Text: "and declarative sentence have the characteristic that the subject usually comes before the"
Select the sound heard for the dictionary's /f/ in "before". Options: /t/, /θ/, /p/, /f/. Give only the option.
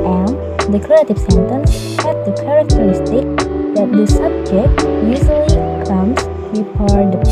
/p/